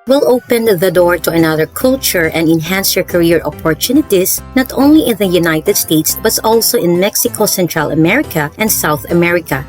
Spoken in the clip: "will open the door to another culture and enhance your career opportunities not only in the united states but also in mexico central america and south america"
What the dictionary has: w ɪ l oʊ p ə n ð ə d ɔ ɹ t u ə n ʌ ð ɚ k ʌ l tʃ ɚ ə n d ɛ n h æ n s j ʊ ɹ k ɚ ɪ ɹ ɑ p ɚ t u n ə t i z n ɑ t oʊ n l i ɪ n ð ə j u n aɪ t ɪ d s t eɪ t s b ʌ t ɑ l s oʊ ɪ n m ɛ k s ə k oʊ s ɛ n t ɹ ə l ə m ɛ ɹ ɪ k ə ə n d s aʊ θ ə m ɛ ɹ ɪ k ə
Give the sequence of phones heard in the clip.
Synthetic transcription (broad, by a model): w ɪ l oʊ p ə n ð ə d ɔ ɹ t u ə n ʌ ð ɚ k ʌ l tʃ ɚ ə n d ɛ n h æ n s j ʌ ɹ k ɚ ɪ ɹ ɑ p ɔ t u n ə t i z n ɑ t oʊ n l i ɪ n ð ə j u n aɪ t ɪ d s t eɪ t s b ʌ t ɑ l s oʊ ɪ n m ɛ k s ə k oʊ s ɛ n t ɹ ə l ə m ɛ ɹ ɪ k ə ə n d s aʊ θ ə m ɛ ɹ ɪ k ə